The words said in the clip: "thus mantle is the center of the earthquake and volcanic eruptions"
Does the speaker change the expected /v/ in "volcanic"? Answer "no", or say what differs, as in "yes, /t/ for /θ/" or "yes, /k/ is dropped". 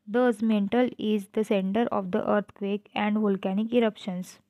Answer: no